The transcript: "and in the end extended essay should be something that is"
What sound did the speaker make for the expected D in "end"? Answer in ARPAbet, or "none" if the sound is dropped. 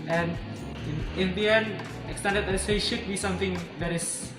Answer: none